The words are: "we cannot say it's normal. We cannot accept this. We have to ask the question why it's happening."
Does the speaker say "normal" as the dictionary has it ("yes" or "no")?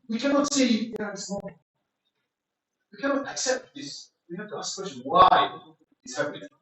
no